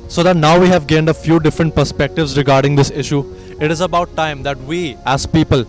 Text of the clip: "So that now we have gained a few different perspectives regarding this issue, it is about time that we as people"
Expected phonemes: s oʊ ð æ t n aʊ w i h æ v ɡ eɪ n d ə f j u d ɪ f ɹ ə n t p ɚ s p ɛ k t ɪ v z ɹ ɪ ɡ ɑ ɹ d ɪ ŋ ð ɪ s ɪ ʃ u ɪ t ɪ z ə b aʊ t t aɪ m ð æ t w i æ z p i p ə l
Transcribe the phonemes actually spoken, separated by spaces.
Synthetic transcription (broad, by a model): s oʊ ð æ t n aʊ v i h æ v ɡ eɪ n d ə f j u d ɪ f ɹ ə n t p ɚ s p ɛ k t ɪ v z ɹ ɪ ɡ ɑ ɹ d ɪ ŋ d ɪ s ɪ ʃ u ɪ t ɪ z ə b aʊ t t aɪ m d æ t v i æ z p i p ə l